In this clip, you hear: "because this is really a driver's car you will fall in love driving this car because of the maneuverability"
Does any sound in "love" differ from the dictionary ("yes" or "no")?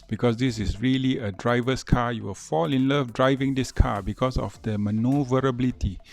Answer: yes